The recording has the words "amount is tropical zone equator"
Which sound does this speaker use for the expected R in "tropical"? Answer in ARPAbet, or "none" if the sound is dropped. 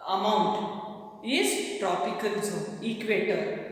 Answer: R